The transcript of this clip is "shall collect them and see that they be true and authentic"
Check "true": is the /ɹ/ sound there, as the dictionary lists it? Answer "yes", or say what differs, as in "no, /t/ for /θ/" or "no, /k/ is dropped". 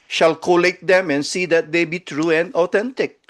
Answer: yes